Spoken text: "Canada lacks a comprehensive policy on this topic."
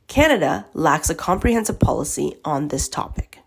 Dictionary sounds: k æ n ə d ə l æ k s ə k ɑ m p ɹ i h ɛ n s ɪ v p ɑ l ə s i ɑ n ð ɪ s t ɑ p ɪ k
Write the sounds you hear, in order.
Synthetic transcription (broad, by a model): k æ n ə d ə l æ k s ə k ɑ m p ɹ i h ɛ n s ɪ v p ɑ l ə s i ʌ n ð ɪ s t ɑ p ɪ k